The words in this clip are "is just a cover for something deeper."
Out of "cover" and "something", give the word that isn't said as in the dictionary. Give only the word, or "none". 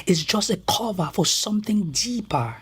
none